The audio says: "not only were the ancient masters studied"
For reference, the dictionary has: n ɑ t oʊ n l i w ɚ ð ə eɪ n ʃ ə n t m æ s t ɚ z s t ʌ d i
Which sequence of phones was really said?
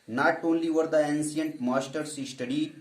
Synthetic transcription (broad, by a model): n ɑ t oʊ n l i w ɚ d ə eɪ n s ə n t m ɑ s t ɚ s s t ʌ d i